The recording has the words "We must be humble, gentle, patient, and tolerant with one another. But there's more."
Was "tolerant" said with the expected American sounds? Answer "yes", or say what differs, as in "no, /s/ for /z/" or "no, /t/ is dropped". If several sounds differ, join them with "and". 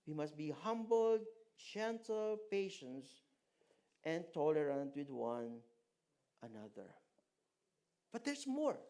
yes